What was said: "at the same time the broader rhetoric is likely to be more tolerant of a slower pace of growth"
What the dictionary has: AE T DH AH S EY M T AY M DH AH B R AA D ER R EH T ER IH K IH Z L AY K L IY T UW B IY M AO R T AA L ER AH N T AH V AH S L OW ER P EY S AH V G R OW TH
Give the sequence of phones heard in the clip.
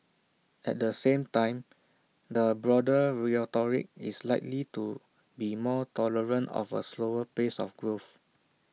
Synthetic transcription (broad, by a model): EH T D AH S EY M T AY M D AH B R AA D ER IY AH T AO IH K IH S L AY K L IY T UW B IY M AO T AA L ER AH N T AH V AH S L OW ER P EY S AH F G R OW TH